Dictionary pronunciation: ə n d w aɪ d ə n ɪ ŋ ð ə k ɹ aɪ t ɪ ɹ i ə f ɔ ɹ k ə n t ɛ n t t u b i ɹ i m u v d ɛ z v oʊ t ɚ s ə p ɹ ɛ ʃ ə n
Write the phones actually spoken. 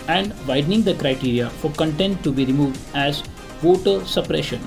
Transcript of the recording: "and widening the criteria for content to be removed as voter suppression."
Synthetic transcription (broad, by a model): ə n d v aɪ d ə n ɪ ŋ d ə k ɹ aɪ t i ɹ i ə f ɔ ɹ k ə n t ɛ n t t u b i ɹ i m u v d ɛ z v oʊ t ɚ s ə p ɹ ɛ ʃ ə n